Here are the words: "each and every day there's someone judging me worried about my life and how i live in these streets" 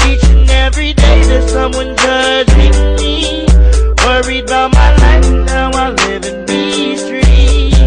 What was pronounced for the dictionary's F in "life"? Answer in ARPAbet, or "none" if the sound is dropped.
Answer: none